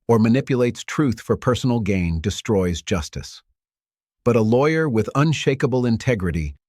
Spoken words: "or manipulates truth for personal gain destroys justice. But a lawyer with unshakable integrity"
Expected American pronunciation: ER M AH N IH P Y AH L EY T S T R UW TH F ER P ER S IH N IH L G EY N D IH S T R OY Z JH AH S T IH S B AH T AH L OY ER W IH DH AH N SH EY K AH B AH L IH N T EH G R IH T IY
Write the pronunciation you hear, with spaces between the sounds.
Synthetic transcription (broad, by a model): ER M AH N IH P Y AH L EY T S T R UW TH F ER P ER S N L G EY N D IH S T R OY Z JH AH S T IH S B AH T AH L OY ER W IH DH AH N SH EY K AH B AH L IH N T EH G R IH T IY